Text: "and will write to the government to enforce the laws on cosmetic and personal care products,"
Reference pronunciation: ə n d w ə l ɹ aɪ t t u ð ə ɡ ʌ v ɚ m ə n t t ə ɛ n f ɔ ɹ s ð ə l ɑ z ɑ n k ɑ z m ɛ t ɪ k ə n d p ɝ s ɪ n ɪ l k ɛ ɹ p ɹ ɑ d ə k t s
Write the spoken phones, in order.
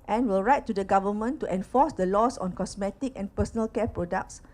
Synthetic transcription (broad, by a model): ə n w ə l ɹ aɪ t t u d ə ɡ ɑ v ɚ m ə n t t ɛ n f ɔ s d ə l ɑ s ɑ n k ɑ s m ɛ t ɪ k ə n p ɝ s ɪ n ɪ l k ɛ p ɹ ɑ d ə k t s